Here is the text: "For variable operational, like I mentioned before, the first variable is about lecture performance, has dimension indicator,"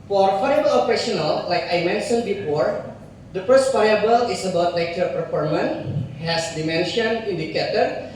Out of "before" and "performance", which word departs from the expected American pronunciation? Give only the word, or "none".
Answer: performance